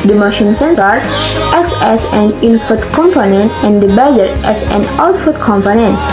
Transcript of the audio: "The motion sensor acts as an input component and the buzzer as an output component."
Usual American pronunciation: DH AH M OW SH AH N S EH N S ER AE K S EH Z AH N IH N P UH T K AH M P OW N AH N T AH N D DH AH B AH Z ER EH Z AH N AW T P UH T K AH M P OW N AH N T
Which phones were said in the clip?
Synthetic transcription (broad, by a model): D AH M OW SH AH N S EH N S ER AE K S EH S AH N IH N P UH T K AH M P OW N AH N T AH N D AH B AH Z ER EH S AH N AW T F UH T K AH M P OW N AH N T